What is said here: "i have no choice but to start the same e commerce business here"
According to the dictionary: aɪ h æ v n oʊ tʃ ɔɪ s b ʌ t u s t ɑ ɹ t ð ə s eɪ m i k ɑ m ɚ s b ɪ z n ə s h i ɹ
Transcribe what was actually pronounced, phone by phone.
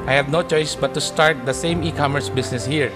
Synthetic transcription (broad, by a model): aɪ h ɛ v n oʊ tʃ ɔɪ s b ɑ t u s t ɑ ɹ t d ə s eɪ m i k ɑ m ɚ s b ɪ s n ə s h i ɹ